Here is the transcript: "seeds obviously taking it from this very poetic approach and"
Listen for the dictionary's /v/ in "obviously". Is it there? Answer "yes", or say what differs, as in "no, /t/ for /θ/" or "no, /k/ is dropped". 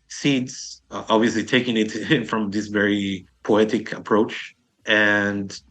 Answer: yes